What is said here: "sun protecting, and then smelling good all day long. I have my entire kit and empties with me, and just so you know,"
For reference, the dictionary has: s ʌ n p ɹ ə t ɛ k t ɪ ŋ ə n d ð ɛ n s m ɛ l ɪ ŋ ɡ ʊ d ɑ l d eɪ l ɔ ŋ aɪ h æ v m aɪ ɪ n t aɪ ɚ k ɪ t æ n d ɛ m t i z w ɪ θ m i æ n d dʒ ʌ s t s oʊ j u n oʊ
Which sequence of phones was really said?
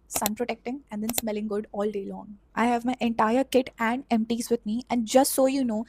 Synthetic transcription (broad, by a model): s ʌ n p ɹ ə t ɛ k t ɪ ŋ ə n d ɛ n s m ɛ l ɪ ŋ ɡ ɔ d ɑ l d eɪ l ɔ ŋ aɪ h æ v m aɪ ɪ n t aɪ ɚ k ɪ t æ n d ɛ m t i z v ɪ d m i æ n d dʒ ʌ s t s oʊ j u n oʊ